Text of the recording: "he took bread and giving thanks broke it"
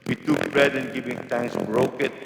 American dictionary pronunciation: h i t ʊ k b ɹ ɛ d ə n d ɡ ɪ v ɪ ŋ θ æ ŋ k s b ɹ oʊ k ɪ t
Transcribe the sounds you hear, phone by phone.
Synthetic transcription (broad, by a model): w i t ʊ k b ɹ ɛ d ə n ɡ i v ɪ ŋ t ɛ ŋ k s b ɹ oʊ k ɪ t